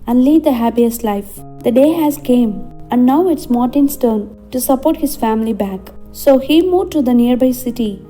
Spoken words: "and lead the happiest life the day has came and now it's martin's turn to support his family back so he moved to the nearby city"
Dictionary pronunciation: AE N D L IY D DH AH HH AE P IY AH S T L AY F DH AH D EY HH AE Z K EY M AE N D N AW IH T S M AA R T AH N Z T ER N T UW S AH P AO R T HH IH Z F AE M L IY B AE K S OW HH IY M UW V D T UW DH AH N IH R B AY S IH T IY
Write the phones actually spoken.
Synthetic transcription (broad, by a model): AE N D L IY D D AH HH AE P IY AH S T L AY F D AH D EY HH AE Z K EY M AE N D N AW IH T S M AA R T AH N S T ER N T UW S AH P AO R T HH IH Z F AE M L IY B AE K S OW HH IY M UW D T UW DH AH N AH R B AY S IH T IY